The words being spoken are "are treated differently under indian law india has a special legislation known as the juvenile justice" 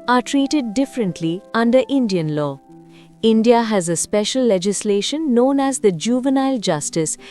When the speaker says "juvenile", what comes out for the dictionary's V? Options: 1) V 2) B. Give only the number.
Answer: 1